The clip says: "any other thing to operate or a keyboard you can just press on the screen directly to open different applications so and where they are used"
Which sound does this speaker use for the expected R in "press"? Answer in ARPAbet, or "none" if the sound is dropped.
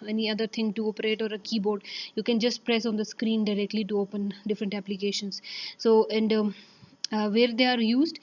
R